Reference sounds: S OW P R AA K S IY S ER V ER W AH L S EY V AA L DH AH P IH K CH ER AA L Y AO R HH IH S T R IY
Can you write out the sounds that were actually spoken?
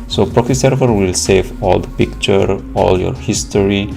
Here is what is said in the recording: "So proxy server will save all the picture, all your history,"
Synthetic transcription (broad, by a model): S OW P R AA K IY S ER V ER W AH L S EY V AA L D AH P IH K CH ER AA L Y AO R HH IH S T R IY